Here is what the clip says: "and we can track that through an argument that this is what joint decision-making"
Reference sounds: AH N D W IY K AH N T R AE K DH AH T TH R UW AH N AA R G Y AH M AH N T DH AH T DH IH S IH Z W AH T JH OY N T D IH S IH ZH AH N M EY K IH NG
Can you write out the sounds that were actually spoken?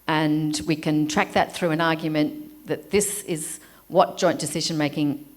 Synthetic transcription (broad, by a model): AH N W IY K AH N T R AE K DH AH T TH R UW AH N AA R G Y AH M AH N DH AH T DH IH S IH Z W AH T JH OY N D IH S IH ZH AH N M EY K IH NG